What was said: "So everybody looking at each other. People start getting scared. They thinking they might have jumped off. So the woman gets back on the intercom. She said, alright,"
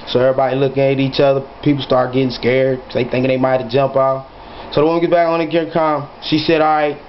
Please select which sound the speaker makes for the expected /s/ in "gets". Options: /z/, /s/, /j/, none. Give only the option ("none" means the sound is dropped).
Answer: none